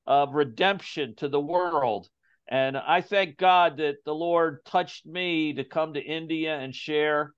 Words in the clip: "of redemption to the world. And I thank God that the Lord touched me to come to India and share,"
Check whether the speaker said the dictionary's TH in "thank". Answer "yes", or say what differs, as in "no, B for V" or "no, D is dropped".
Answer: yes